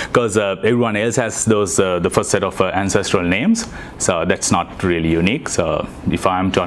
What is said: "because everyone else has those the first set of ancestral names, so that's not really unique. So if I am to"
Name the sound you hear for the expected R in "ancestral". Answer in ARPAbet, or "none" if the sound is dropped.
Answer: R